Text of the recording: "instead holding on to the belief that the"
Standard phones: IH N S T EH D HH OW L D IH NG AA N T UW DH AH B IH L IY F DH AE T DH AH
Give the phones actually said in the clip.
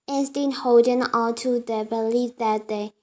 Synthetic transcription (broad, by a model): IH N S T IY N HH OW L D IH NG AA L T UW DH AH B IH L IY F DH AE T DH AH